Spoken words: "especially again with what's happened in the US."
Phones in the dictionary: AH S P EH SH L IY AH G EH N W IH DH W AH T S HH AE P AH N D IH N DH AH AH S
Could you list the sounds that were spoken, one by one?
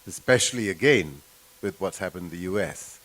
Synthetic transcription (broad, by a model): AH S P EH SH L IY AH G EH N W IH DH W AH T HH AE P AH N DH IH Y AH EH S